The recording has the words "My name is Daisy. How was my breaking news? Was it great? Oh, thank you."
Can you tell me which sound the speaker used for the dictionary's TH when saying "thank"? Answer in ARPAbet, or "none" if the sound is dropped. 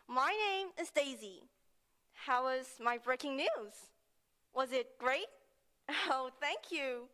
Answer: TH